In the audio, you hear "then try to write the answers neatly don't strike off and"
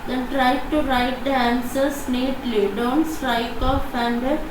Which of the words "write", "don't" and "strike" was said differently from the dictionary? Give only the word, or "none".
none